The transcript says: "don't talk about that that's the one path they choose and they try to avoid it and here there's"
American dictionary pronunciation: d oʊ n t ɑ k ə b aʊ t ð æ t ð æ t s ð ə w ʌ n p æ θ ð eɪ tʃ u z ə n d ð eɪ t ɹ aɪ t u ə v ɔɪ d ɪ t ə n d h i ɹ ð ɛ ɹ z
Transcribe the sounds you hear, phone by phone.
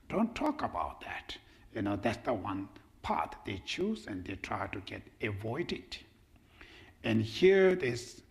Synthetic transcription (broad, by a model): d oʊ n t ɑ k ə b aʊ t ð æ t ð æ t s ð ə w ʌ n p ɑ t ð eɪ tʃ u z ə n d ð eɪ t ɹ aɪ t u ə v ɔɪ d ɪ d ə n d h i ɹ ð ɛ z